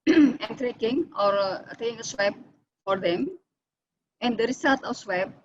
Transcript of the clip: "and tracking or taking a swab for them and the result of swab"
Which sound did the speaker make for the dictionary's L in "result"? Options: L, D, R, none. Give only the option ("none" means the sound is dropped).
none